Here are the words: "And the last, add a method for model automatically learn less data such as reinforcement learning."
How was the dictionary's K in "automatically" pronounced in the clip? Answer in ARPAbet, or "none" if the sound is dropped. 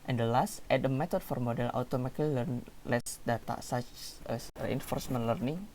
none